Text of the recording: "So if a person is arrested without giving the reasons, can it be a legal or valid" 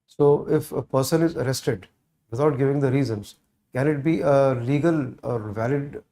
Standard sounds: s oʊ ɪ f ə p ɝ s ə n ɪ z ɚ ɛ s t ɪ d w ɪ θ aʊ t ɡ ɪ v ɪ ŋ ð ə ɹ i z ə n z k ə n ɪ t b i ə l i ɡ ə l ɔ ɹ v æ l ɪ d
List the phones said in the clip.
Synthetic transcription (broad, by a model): s oʊ ɪ f ə p ɝ s ə n ɪ z ɚ ɛ s t ɪ d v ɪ t aʊ t ɡ ɪ v ɪ ŋ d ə ɹ i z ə n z k ə n ɪ t b i ə l i ɡ ə l ɔ ɹ v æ l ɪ d